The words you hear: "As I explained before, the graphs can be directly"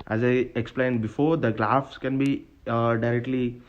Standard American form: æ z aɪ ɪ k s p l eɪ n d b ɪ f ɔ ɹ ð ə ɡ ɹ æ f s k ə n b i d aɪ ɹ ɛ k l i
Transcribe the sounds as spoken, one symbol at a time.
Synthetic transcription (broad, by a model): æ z aɪ ɪ k s p l eɪ n d b ɪ f ɔ ɹ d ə ɡ l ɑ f s k ə n b i d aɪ ɹ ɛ k l i